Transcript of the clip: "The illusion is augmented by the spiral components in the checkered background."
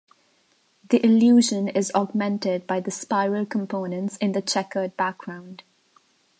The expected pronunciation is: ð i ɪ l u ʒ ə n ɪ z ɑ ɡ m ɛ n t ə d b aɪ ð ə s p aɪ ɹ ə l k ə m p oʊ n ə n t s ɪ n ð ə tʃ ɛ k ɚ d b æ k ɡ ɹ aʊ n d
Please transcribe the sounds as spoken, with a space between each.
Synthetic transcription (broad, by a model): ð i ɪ l u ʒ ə n ɪ z ɑ ɡ m ɛ n t ə d b aɪ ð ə s p aɪ ɹ ə l k ə m p oʊ n ə n t s ɪ n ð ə tʃ ɛ k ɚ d b æ k ɡ ɹ aʊ n d